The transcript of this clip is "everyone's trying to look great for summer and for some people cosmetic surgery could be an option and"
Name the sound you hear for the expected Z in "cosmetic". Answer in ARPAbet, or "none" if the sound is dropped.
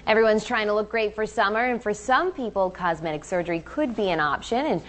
Z